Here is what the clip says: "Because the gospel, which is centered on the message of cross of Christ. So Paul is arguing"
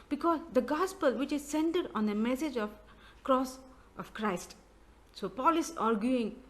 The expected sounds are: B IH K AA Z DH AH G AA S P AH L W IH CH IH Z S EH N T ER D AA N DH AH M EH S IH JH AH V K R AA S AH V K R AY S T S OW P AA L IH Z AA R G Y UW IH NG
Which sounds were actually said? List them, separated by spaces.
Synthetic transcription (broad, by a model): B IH K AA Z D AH G AA S P AH L W IH CH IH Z S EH N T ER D AA N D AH M EH S IH JH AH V K R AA S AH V K R AY S T S OW P AA L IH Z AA R G Y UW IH NG